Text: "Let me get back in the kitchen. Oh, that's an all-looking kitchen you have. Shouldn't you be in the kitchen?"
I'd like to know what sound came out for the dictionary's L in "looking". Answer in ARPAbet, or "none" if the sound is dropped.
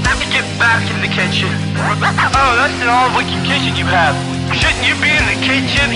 W